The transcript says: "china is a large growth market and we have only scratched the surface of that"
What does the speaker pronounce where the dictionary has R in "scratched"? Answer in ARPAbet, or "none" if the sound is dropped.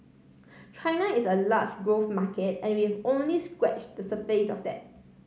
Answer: W